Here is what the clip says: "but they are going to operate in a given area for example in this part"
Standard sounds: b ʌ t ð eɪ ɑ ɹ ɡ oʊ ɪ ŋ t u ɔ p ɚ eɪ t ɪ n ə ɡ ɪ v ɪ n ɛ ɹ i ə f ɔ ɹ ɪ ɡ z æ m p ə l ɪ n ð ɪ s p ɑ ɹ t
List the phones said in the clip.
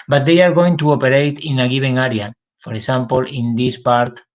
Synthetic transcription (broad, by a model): b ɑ t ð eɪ ɑ ɹ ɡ oʊ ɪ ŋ t u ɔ p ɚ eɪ t ɪ n ə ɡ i b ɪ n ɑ ɹ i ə f ɔ ɹ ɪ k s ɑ m p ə l ɪ n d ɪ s p ɑ ɹ t